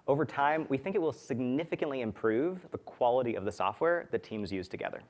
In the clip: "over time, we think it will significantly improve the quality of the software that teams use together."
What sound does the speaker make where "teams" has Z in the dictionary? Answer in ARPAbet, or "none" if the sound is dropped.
Z